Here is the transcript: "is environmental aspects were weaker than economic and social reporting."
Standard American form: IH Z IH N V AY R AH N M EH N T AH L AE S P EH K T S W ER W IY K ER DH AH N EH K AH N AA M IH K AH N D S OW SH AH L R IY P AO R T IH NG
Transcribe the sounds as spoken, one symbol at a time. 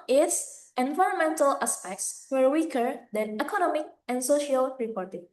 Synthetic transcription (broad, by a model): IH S IH N V AY R AH N M EH N T AH L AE S P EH K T S W ER W IY K ER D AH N EH K AH N AA M IH K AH N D S OW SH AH L R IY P AO R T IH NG